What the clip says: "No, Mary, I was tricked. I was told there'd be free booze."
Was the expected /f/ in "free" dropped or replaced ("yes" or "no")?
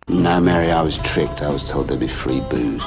no